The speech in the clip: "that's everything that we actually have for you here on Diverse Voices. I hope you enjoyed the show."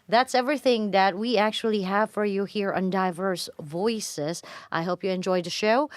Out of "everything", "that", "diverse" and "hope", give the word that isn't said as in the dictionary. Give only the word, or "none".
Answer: none